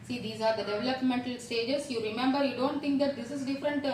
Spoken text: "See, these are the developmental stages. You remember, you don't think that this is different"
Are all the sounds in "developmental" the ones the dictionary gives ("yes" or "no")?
yes